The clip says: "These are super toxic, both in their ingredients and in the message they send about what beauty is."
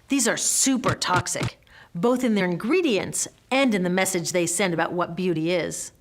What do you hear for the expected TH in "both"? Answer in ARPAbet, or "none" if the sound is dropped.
TH